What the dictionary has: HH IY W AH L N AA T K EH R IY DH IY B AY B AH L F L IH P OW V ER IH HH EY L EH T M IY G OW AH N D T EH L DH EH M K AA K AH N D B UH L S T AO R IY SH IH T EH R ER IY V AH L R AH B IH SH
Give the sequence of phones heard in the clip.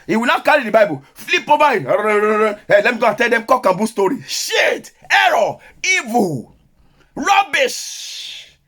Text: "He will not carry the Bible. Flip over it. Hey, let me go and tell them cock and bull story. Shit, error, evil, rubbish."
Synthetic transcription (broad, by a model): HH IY W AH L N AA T K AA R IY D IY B AY B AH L F L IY P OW B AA IH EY L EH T M IY G OW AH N T EH L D EH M K AA K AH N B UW S T AO R IY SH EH T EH R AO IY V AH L R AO B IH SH